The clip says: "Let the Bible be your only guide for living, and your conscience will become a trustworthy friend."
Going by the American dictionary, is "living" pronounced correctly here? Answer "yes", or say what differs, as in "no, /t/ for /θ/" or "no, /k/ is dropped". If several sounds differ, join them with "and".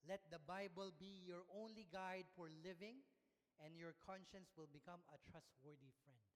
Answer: yes